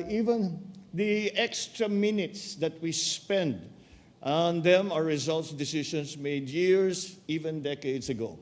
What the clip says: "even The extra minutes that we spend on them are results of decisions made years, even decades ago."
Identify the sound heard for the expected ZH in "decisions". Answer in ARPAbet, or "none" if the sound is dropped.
SH